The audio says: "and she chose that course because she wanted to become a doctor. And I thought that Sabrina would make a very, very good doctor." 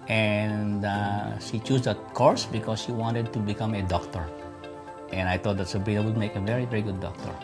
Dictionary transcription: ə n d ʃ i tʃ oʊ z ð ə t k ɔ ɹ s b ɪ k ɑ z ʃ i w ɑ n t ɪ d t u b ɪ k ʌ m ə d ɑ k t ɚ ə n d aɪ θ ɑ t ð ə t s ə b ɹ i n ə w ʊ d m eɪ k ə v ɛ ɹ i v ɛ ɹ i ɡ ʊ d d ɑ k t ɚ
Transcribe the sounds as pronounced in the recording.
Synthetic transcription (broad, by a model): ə n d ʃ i tʃ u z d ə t k ɔ ɹ s b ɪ k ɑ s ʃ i w ɑ n t ɪ d t u b ɪ k ʌ m ə d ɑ k t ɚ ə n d aɪ t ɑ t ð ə t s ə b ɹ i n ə w ʊ d m eɪ k ə v ɛ ɹ i v ɛ ɹ i ɡ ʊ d d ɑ k t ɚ